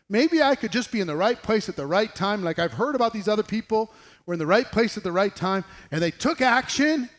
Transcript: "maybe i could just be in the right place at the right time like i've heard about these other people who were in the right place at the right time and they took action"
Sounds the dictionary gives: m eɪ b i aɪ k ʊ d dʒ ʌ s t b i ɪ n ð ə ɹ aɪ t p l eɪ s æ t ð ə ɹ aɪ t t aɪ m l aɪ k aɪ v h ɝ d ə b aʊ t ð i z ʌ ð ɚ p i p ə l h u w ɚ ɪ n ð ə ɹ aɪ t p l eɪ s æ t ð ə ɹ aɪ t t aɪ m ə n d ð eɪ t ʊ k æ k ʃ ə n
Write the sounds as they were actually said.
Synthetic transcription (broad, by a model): m eɪ b i aɪ k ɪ d dʒ ʌ s b i ɪ n ð ə ɹ aɪ t p l eɪ s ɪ t ð ə ɹ aɪ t t aɪ m l aɪ k aɪ v h ɝ d ə b aʊ t ð i z ʌ ð ɚ p i p l w ɚ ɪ n ð ə ɹ aɪ t p l eɪ s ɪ t ð ə ɹ aɪ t t aɪ m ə n ð eɪ t ʊ k æ k ʃ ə n